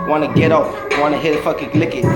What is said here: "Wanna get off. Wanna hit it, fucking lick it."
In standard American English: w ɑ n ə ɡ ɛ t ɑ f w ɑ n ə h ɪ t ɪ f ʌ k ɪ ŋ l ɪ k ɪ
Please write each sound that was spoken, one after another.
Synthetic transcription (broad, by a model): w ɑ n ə ɡ ɛ t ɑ p w ɑ n ə h ɪ t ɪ f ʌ k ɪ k l ɪ k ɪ